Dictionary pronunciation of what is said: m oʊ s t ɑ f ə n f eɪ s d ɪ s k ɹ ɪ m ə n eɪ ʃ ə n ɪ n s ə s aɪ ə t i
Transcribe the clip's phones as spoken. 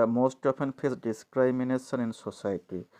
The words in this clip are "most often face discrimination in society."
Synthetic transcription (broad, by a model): m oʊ s t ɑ p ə n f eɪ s d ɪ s k ɹ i m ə n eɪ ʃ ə n ɪ n s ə s aɪ t i